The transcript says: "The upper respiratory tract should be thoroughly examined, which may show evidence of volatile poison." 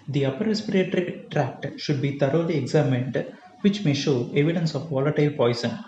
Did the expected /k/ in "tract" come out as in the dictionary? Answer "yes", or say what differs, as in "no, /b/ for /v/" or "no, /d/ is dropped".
yes